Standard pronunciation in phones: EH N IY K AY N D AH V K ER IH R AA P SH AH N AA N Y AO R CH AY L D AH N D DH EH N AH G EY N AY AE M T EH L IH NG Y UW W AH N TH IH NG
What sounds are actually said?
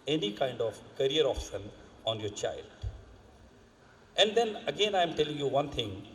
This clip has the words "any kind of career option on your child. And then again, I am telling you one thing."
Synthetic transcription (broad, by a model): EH N IY K AY N D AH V K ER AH R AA F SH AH N AA N Y AO R CH AY L D AH N D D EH N AH G EY N AY M T EH L IH NG Y UW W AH N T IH NG